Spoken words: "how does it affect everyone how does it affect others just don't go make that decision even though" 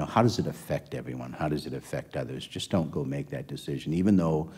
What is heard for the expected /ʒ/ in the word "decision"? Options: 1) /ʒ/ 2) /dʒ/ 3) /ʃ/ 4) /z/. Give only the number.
1